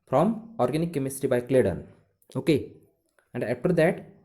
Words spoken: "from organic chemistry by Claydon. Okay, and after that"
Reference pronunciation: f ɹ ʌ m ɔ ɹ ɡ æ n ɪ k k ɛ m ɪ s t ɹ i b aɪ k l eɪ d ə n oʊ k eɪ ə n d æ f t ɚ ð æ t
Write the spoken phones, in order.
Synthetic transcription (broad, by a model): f ɹ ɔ m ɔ ɹ ɡ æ n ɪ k k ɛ m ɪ s t i b aɪ k l eɪ d ə n oʊ k eɪ ə n d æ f t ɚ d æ t